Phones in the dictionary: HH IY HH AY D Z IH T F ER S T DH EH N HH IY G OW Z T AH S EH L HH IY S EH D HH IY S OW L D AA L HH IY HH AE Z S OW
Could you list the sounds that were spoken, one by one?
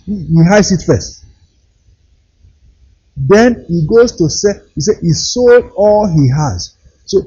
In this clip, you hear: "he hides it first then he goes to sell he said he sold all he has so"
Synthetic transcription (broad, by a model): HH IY HH AY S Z IH T F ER S T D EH N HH IY G OW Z T AH S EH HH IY S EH HH IY S OW L D AA L HH IY HH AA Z S OW